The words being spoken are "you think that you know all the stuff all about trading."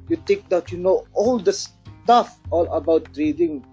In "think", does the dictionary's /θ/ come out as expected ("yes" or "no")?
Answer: no